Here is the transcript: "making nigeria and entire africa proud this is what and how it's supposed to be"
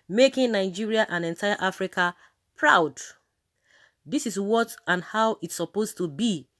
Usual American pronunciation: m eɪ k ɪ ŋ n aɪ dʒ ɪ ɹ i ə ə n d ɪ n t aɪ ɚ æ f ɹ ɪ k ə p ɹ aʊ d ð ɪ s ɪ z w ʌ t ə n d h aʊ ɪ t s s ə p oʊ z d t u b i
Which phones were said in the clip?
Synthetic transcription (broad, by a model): m eɪ k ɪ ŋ n aɪ dʒ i ɹ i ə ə n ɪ n t aɪ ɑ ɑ f ɹ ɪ k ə p ɹ aʊ d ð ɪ s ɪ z w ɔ t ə n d h aʊ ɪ t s s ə p oʊ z t u b i